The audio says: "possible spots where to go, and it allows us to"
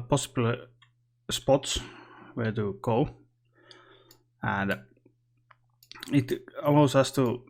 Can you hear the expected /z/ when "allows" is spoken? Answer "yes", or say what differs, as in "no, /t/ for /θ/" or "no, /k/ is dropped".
no, /s/ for /z/